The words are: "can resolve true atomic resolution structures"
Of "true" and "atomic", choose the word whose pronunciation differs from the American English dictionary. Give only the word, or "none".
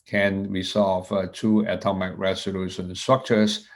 true